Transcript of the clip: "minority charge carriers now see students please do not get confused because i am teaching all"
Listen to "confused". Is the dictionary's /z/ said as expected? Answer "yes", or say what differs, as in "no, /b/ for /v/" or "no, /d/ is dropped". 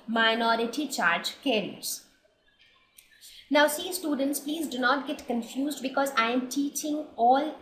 yes